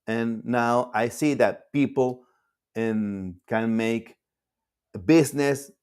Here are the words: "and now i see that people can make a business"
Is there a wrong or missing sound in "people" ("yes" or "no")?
yes